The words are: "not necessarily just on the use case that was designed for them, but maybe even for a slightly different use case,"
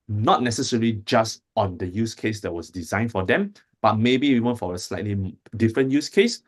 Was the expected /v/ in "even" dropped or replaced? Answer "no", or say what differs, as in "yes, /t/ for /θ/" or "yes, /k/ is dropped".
yes, /w/ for /v/